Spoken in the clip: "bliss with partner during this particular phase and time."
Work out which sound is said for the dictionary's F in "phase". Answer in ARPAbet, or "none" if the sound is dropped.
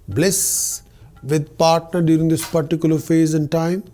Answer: F